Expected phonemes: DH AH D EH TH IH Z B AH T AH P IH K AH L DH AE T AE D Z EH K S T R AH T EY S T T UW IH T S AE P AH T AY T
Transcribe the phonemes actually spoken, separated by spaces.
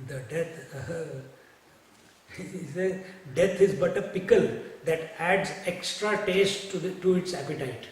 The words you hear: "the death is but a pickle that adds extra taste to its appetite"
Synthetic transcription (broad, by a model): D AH D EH S IH Z B AH T AH P IH K AH L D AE T AE D Z EH K S T R AH T EY S T T UW IH T S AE P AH T AY T